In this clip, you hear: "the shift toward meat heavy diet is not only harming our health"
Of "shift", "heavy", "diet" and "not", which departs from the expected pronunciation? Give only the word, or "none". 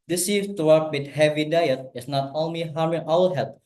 shift